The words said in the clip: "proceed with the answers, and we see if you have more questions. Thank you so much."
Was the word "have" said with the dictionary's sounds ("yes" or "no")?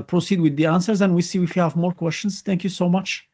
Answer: yes